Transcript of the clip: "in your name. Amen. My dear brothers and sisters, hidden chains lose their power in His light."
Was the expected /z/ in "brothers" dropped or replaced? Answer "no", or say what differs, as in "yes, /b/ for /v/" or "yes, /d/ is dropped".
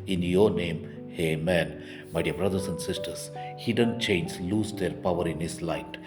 yes, /s/ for /z/